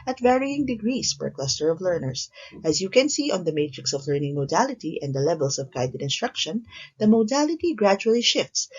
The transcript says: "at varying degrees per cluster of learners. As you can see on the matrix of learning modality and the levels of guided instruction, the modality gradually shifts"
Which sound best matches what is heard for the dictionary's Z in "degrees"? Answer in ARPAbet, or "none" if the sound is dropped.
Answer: S